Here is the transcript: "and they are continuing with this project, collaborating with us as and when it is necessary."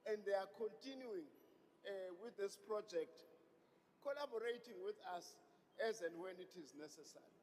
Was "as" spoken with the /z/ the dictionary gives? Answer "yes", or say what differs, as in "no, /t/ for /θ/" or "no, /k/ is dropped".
yes